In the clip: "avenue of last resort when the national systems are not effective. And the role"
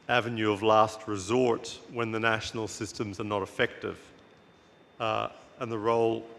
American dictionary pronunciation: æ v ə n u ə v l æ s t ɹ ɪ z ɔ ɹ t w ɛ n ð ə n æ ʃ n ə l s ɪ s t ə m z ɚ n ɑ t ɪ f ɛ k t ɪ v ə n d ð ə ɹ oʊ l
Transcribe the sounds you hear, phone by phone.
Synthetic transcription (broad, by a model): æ v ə n u ə v l æ s t ɹ ɪ z ɔ ɹ t w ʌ n ð ə n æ ʃ n l s ɪ s t ə m z ɚ n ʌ t ɪ f ɛ k t ɪ v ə n ð ə ɹ oʊ l